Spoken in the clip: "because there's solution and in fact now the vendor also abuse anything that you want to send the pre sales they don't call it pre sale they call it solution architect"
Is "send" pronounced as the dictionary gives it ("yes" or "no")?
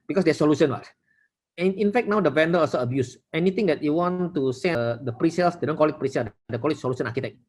no